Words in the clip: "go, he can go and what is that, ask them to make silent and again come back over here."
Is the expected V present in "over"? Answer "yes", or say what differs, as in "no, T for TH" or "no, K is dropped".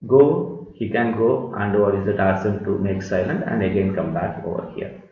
yes